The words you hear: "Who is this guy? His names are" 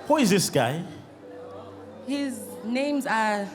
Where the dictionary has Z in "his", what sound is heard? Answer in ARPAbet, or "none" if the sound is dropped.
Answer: Z